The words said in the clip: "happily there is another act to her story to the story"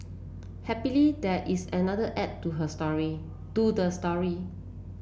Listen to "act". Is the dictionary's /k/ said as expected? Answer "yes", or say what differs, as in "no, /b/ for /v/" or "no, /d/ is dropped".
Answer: no, /k/ is dropped